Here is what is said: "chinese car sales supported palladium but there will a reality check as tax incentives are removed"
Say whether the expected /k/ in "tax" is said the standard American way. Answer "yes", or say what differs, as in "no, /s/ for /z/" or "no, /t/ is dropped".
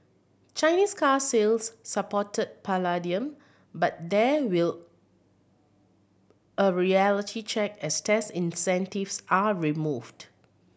no, /k/ is dropped